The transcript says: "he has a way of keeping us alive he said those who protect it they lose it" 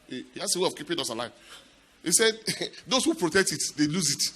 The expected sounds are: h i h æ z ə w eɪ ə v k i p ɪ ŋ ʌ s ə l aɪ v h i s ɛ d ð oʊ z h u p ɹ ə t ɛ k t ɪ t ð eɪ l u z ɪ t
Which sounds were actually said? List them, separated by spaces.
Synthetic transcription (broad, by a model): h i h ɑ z ə w eɪ ə v k i p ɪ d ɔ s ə l aɪ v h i s ɛ d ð oʊ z h u p ɹ ə t ɛ k t ɪ t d eɪ l u z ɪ t